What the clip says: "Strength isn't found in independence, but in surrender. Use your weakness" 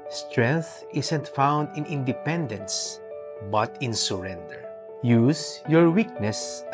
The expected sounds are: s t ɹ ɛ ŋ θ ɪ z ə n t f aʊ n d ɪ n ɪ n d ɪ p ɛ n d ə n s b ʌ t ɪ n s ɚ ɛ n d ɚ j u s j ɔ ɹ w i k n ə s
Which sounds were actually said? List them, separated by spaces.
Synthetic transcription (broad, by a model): s t ɹ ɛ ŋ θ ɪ s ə n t f aʊ n d ɪ n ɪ n d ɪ p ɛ n d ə n s b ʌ t ɪ n s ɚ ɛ n d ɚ j u s j ɔ ɹ w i k n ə s